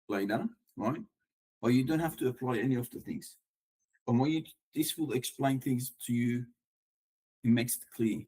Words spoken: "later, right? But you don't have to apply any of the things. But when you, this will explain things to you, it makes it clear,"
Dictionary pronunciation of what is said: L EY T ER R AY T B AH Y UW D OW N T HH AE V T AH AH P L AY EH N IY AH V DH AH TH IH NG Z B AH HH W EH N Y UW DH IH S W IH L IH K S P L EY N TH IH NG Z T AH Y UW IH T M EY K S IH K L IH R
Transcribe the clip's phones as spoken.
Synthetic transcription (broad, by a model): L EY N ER R AY T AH Y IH D OW N T HH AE F T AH AH P L AY EH N IY AH V DH AH TH IH NG Z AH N W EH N Y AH DH IH S W IH L IH K S P L EY N TH IH NG Z T AH Y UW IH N M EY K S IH K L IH